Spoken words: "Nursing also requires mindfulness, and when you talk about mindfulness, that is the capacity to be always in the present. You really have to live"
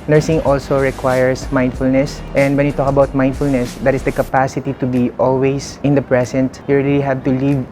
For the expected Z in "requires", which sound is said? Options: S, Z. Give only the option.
S